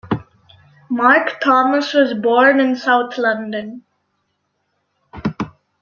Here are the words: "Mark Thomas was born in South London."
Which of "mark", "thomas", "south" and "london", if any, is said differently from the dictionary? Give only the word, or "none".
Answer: south